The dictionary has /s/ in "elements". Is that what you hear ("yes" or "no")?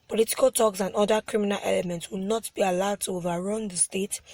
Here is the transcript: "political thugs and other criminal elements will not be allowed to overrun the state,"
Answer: yes